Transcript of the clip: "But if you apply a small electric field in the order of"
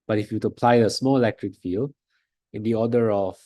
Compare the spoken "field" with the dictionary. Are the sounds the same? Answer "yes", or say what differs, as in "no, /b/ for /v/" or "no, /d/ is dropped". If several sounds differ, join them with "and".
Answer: no, /d/ is dropped